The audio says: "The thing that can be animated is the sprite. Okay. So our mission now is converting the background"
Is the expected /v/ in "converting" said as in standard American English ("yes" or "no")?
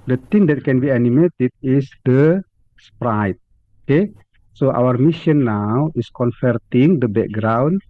no